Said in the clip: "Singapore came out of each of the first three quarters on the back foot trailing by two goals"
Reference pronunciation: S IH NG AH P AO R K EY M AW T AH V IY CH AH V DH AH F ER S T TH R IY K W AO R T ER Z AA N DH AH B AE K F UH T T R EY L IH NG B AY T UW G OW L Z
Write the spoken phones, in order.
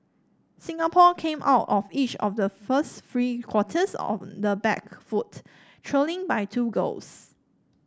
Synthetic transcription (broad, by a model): S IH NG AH P AO K EY M AW T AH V IY CH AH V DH AH F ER S T F R IY K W AO T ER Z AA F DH AH B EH K F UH T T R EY L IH NG B AY T UW G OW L S